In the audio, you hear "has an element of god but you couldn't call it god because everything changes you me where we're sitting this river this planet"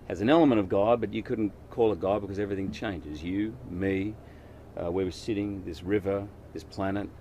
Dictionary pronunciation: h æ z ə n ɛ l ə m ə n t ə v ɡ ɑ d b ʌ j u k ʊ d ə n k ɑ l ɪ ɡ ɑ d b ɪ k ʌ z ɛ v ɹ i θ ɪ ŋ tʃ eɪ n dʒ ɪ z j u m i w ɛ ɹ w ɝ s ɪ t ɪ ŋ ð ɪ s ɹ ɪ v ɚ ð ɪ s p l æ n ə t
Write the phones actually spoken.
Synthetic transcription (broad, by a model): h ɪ z ə n ɛ l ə m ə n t ə v ɡ ɑ d b ʌ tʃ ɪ k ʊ d n k ɑ l ɪ ɡ ɑ d b ɪ k ʌ z ɛ v ɹ i θ ɪ ŋ tʃ eɪ n dʒ ɪ z j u m i w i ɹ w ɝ s ɪ t ɪ ŋ ð ɪ s ɹ ɪ v ɚ ð ɪ s p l æ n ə t